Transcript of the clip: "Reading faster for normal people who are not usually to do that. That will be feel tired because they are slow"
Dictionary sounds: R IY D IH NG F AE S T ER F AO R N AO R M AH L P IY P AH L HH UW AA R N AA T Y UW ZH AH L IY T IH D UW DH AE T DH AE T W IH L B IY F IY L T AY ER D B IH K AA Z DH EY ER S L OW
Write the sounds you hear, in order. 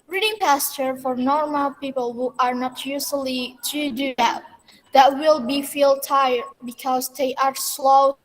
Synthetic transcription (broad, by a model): R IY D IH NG P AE S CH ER F AO R N AO R M AH L P IY P AH L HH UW AA R N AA T Y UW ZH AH L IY T IH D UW DH AE T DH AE T W IH L B IY F IY L T AY ER D B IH K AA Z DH EY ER S L OW